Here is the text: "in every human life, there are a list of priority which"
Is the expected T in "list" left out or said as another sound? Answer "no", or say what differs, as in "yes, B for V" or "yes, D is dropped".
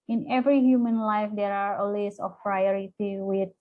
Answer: yes, T is dropped